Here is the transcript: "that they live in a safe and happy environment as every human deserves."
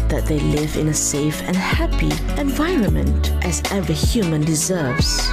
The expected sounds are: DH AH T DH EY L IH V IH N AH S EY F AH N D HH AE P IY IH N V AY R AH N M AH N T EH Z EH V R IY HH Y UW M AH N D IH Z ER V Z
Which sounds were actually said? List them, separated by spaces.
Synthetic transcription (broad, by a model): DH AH T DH EY L IH V IH N AH S EY F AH N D HH AE P IY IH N V AY R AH N M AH N T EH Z EH V IY HH Y UW M AH N D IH Z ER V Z